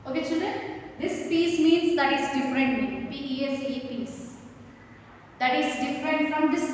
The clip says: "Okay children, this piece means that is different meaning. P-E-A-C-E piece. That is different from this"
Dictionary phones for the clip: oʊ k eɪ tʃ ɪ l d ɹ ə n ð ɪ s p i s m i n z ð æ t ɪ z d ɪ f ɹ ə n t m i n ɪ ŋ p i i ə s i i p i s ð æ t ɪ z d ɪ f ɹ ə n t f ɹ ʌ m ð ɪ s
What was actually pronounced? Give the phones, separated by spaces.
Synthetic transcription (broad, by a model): oʊ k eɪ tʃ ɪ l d ə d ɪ s p i s m i n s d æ t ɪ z d ɪ f ɹ ə n t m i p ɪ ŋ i i ə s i i p i s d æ t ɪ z d ɪ f ɹ ə n t f ɹ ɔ m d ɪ s